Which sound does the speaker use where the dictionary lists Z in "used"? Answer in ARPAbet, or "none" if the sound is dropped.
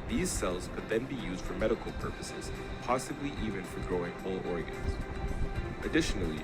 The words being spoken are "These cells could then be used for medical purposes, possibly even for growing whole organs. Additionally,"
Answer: Z